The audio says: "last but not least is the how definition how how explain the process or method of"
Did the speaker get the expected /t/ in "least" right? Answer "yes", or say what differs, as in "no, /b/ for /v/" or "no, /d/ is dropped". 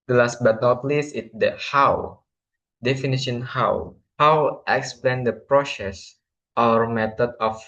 no, /t/ is dropped